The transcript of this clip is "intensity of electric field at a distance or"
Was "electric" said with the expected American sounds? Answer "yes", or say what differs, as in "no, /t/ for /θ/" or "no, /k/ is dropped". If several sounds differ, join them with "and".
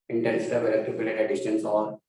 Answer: no, /k/ is dropped and /ɹ/ is dropped